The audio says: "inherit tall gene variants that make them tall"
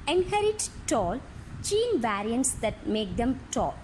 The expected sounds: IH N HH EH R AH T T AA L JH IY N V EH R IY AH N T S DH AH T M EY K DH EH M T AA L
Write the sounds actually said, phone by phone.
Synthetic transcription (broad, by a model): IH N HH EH R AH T T AA L CH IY N V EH R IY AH N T S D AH T M EY K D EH M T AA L